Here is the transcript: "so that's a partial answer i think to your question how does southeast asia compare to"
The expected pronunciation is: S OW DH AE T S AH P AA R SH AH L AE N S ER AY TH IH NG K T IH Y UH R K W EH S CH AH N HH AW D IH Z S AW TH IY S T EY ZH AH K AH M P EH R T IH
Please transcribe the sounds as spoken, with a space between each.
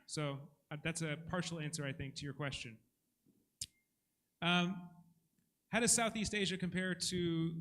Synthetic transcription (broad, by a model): S OW DH AE T S AH P AA R SH L AE N S ER AY TH IH NG K T IH Y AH R K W EH S CH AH N HH AW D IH S AW TH IY S T EY ZH AH K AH M P EH R T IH